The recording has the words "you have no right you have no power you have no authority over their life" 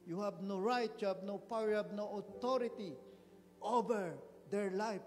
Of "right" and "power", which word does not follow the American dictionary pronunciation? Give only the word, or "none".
none